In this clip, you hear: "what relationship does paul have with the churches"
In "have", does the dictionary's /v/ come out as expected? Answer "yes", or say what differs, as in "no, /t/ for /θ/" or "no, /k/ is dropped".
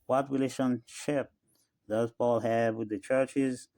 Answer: yes